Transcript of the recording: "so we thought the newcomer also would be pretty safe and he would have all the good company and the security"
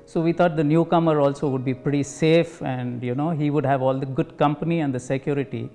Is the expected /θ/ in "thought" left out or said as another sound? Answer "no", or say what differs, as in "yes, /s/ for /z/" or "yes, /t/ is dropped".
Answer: yes, /t/ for /θ/